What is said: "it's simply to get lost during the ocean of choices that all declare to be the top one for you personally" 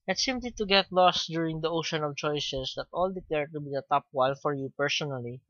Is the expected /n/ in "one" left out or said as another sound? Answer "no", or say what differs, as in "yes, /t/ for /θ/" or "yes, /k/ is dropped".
yes, /l/ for /n/